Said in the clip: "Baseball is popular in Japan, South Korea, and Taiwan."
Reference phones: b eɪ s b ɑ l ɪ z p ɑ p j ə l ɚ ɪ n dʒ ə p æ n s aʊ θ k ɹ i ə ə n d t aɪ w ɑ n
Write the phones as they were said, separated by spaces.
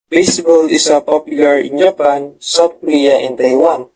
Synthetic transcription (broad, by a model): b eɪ s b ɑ l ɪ s p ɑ p j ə l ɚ ɪ n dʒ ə p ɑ n s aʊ t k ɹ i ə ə n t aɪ w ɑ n